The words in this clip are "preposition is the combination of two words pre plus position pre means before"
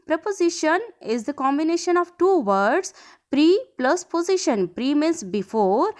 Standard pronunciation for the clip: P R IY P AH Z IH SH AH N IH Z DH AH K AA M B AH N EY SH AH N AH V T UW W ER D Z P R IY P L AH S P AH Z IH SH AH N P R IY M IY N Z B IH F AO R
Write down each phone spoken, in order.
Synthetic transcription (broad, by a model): P R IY P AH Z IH SH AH N IH Z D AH K AA M B AH N EY SH AH N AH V T UW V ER D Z P R IY P L AH S P AH Z IH SH AH N P R IY M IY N S B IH F AO R